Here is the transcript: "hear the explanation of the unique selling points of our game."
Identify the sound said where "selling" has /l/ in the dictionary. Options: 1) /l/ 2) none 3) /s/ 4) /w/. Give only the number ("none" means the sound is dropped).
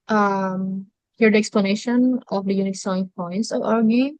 2